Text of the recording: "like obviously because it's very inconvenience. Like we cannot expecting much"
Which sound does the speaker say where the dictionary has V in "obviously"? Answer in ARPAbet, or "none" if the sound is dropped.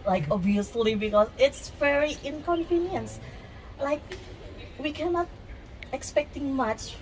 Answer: none